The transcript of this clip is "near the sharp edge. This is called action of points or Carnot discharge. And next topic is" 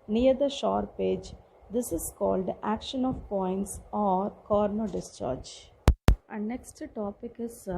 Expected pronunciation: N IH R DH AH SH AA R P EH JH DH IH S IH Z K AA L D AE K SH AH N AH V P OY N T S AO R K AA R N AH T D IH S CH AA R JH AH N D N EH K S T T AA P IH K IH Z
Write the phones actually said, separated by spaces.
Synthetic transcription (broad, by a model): N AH R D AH SH AA R P EH JH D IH S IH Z K AA L D AE K SH AH N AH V P OY N T S AO R K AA R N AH D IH S CH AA R JH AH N N EH K S T T AA P IH K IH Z